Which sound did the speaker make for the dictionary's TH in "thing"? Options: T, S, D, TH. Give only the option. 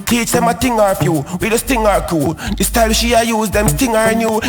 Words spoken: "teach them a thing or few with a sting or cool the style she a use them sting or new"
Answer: T